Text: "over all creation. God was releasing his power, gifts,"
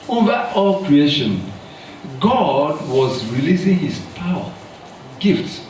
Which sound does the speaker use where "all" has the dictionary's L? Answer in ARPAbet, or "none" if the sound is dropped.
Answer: L